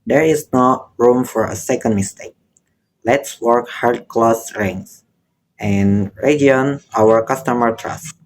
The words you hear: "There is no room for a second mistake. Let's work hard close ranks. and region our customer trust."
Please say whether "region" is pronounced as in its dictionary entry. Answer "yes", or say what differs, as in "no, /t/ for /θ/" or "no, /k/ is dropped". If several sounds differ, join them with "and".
no, /dʒ/ is dropped